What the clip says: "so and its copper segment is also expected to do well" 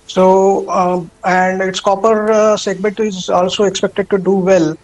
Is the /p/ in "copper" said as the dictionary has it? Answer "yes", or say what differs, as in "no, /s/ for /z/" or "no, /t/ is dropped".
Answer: yes